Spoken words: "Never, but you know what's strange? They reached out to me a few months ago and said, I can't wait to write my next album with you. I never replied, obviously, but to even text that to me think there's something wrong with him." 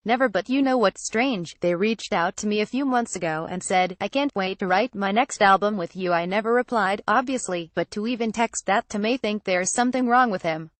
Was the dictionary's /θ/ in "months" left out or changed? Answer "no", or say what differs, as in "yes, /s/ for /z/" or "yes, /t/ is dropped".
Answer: no